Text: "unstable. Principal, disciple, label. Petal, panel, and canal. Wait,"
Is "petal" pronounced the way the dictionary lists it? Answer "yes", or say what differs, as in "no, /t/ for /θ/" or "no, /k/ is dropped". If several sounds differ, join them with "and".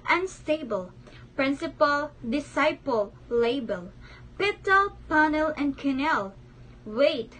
yes